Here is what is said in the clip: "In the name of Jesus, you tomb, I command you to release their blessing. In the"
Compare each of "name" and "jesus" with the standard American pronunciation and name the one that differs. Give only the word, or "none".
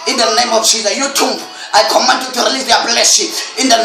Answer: jesus